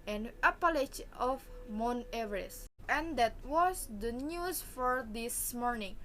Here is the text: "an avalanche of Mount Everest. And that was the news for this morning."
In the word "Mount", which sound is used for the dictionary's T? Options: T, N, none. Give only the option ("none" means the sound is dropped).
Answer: none